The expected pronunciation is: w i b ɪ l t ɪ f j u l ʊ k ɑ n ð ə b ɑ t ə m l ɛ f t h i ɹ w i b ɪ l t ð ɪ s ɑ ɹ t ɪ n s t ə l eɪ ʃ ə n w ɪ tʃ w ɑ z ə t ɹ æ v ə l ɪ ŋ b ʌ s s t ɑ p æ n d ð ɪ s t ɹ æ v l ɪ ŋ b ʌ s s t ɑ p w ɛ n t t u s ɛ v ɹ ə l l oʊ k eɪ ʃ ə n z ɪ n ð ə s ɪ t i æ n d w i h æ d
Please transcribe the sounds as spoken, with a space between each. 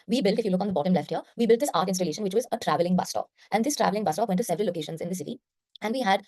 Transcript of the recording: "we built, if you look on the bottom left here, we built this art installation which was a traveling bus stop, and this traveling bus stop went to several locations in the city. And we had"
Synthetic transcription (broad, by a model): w i b ɪ l t ɪ f j u l ʊ k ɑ n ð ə b ɑ t ə m l ɛ f t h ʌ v i b ɪ l t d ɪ s ɑ ɹ t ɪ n s t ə l eɪ ʃ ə n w ɪ tʃ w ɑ z ə t ɹ æ v ə l ɪ ŋ b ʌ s s t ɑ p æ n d ɪ s t ɹ æ v l ɪ ŋ b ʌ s s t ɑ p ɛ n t t u s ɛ v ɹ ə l l oʊ k eɪ ʃ ə n z ɪ n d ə s ɪ t i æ n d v i h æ d